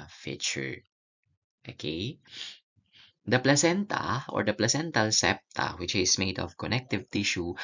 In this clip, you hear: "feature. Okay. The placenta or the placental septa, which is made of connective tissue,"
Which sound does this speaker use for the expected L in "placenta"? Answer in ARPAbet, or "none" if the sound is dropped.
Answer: L